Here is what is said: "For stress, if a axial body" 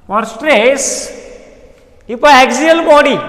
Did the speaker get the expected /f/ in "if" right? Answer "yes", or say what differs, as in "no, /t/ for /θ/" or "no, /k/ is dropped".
no, /p/ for /f/